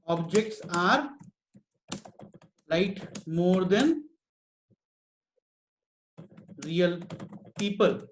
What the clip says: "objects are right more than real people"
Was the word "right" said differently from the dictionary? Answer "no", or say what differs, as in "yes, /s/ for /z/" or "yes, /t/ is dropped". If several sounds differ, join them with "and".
yes, /l/ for /ɹ/